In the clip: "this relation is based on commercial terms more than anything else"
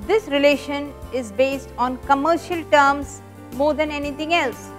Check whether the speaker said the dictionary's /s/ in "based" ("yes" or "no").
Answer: yes